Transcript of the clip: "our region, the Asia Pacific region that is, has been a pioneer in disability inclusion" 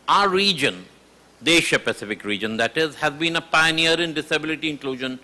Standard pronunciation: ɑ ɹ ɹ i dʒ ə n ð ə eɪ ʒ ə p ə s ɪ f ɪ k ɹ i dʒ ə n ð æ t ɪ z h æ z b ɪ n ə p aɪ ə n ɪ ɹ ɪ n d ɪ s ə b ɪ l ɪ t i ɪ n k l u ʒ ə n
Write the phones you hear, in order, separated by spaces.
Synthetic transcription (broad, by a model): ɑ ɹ ɹ i dʒ ə n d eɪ ʃ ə p ə s ɪ f ɪ k ɹ i dʒ ə n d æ t ɪ z h æ z b ɪ n ə p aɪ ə n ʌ ɹ ɪ n d ɪ s ə b ɪ l ɪ t i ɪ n k l u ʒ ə n